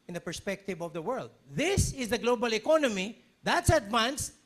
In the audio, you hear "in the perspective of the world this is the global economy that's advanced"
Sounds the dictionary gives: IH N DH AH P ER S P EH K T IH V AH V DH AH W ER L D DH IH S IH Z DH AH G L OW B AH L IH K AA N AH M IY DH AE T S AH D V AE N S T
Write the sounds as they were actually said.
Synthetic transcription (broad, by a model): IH N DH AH P ER S P EH K T IH V AH V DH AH W ER L D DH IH S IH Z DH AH G L OW B AH L IH K AA N AH M IY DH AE T S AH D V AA N S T